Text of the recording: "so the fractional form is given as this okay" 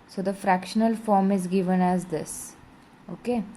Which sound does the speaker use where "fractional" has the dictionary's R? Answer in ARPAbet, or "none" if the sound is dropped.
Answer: R